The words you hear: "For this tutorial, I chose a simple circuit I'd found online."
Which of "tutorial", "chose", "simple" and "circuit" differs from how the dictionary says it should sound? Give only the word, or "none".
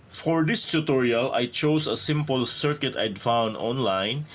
chose